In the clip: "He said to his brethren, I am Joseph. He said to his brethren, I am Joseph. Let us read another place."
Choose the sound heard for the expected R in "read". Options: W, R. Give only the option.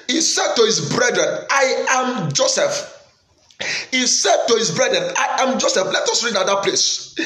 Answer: R